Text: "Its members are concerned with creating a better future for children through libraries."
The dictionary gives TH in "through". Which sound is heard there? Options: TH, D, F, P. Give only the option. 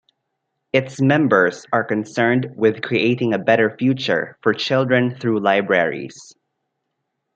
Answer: TH